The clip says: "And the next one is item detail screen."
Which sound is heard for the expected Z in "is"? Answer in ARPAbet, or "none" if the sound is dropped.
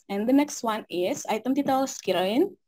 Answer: S